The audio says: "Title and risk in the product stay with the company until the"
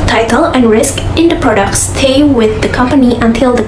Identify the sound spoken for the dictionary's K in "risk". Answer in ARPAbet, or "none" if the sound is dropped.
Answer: K